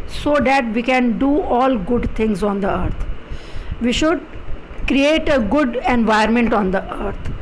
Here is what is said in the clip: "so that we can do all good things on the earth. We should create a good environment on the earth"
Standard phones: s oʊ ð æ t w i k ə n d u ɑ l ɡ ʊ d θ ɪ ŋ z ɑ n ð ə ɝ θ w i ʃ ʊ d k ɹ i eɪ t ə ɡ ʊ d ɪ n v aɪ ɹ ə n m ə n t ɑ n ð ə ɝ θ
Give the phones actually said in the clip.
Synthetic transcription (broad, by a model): s oʊ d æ t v i k ə n d u ɑ l ɡ ʊ d t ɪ ŋ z ɑ n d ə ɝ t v i ʃ ʊ d k ɹ i eɪ t ə ɡ ʊ d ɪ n v aɪ ə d m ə n t ɑ n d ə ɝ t